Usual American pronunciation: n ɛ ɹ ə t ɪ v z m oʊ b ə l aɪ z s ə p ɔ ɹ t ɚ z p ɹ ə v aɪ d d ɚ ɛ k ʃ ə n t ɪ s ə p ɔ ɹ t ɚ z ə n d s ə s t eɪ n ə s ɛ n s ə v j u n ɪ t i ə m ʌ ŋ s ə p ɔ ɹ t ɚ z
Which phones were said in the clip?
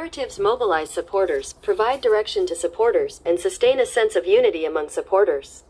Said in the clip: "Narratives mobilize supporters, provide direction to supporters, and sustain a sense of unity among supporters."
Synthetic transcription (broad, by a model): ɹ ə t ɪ v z m oʊ b ə l aɪ z s ə p ɔ ɹ t ɚ z p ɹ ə v aɪ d d ɚ ɛ k ʃ ə n t ɪ s ə p ɔ ɹ t ɚ z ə n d s ə s t eɪ n ə s ɛ n s ə v j u n ɪ t i ə m ʌ ŋ s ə p ɔ ɹ t ɚ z